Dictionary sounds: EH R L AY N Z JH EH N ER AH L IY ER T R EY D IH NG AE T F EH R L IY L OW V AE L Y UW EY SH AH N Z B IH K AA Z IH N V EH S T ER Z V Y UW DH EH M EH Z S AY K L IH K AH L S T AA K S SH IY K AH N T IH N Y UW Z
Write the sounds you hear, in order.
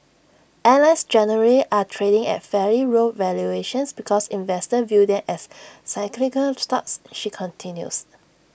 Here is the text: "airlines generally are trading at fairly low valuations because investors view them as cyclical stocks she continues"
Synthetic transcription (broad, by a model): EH L AY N S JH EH N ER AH IY T R EY D IH NG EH T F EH R IY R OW V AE L Y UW EY SH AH N S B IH K AA S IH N V EH S T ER V Y UW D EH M EH S AY K L IH K AH L S T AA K S SH IY K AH N T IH N Y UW S